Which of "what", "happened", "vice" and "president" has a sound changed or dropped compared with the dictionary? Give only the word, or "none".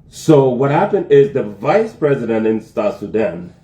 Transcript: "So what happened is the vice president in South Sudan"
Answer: none